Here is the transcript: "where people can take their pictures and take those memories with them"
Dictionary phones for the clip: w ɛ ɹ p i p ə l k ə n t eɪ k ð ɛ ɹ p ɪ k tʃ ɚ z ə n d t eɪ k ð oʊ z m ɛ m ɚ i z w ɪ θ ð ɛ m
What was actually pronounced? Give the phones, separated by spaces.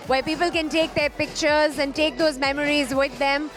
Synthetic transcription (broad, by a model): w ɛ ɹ p i p ə l k ə n t eɪ k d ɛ ɹ p ɪ k tʃ ɚ z ə n d t eɪ k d oʊ z m ɛ m ɚ i z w ɪ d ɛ m